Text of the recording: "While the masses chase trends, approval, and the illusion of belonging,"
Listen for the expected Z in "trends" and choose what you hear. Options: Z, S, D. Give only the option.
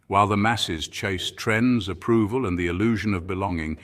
Z